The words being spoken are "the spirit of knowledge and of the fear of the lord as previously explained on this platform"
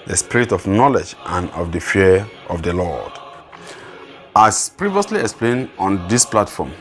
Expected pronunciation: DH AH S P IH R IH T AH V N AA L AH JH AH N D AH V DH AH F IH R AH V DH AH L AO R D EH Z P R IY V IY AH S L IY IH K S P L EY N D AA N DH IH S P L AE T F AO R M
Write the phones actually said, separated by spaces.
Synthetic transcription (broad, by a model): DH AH S P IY R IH T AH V N AA L AH JH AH N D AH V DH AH F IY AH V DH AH L AO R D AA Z P R IY V IY AH S L IY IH K S P L EY N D AA N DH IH S P L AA T F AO M